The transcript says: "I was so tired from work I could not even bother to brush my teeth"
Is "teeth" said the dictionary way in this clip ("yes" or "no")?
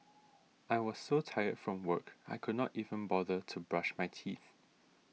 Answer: yes